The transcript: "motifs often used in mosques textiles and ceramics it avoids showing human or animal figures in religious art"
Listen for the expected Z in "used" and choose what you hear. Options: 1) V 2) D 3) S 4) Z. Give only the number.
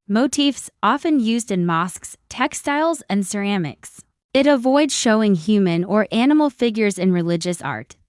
4